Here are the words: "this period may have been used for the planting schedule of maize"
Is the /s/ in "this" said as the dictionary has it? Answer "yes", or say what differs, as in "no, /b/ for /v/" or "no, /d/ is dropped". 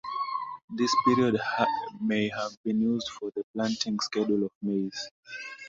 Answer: yes